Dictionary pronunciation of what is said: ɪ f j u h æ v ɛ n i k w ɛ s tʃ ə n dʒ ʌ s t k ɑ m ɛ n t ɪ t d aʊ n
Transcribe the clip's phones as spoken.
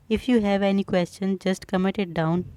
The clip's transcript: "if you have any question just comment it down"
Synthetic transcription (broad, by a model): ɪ f j u h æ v ɛ n i k w ɛ s tʃ ə n dʒ ʌ s t k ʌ m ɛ t ɪ t d aʊ n